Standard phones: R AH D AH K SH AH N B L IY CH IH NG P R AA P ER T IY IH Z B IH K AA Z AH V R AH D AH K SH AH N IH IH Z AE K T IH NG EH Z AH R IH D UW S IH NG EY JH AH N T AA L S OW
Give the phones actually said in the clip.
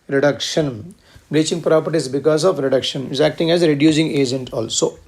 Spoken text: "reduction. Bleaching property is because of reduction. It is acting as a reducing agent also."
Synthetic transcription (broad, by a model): R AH D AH K SH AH N B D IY CH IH NG P R AA P ER T IY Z B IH K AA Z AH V R AH D AH K SH AH N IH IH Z AE K T IH NG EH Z R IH D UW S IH NG EY JH AH N T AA L S OW